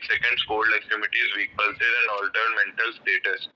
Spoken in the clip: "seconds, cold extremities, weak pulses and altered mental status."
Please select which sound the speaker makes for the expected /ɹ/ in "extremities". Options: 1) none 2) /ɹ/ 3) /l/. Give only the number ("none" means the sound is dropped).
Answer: 1